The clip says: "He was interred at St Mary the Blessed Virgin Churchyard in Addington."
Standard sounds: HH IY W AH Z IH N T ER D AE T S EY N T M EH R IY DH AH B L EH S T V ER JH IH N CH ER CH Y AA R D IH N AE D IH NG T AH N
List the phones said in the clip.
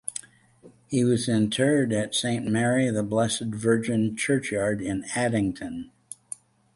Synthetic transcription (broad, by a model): HH IY W AH Z IH N T ER D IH T S EY N M EH R IY DH AH B L EH S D V ER JH IH N CH ER CH Y AA R D IH N AE D IH NG T AH N